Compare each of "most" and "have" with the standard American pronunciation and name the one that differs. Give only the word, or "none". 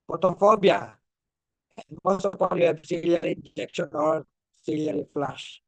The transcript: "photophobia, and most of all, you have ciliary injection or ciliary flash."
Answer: have